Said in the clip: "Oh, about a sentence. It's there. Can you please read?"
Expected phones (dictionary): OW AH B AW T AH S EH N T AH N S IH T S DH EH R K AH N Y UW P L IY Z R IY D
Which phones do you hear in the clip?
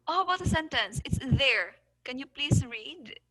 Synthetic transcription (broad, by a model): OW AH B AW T AH S EH N T AH N S IH T S DH EH R K AH N Y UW P L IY S R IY D